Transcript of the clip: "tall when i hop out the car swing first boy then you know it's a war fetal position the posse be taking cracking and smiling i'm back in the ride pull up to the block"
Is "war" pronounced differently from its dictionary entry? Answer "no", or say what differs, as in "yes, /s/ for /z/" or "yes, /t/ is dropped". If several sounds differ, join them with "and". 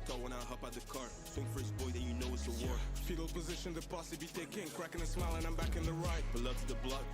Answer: no